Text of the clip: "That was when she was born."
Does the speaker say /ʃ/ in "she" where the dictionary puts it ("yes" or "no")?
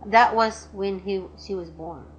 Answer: yes